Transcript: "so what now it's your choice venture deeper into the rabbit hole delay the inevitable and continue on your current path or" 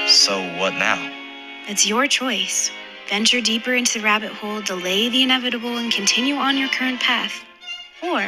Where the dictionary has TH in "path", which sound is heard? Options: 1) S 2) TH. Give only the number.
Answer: 2